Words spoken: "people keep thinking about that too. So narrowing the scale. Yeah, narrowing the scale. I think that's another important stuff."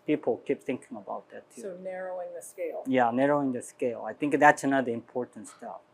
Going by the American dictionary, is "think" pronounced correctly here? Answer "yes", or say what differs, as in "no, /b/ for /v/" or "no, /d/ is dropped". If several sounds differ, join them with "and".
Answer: yes